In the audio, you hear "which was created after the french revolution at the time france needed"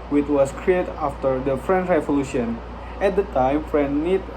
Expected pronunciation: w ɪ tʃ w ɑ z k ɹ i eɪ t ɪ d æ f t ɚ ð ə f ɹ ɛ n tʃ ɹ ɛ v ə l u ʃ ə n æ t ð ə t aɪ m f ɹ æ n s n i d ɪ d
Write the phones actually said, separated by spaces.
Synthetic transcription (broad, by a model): w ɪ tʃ w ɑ s k ɹ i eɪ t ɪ f t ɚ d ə f ɹ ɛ n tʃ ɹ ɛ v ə l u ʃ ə n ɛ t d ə t aɪ m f ɹ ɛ n n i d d